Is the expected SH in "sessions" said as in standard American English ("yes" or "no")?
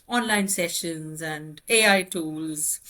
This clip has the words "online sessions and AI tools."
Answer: yes